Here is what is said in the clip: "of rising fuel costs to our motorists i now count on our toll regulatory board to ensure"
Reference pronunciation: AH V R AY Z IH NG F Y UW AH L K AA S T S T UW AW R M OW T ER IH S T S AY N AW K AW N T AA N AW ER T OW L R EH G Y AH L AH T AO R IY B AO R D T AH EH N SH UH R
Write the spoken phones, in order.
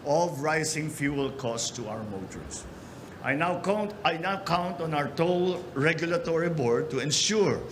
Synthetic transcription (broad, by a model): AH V R AY S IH NG F Y UW AH L K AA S S T UW AW R M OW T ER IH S T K AY N AW K AW N T AA N AW ER T OW L R EH G Y AH L AH T AO R IY B AO R D T AH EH N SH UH R